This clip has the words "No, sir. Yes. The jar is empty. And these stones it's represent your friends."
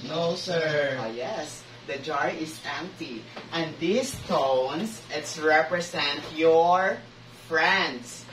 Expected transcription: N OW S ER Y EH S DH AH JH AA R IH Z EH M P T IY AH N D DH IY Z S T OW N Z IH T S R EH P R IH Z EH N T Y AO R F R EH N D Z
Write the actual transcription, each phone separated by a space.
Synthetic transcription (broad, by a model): N OW S ER Y EH S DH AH JH AA R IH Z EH M P T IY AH N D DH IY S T OW N S IH T S R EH P R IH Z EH N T Y AO R F R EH N D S